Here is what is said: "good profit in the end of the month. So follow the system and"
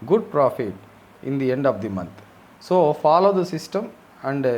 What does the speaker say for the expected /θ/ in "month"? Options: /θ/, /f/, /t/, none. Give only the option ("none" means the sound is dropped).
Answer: /t/